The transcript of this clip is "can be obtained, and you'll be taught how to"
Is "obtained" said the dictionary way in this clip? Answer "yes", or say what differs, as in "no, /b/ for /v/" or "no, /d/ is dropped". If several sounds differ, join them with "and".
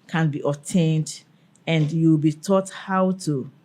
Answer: no, /b/ is dropped